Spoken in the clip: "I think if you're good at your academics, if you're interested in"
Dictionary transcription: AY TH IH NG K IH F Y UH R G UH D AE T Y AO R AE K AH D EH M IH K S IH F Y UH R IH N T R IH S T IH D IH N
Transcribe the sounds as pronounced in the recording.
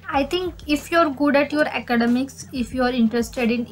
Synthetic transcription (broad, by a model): AY T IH NG K IH F Y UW R G UH D AE T Y AO R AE K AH D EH M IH K S IH F Y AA R IH N T R IH S T IH D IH N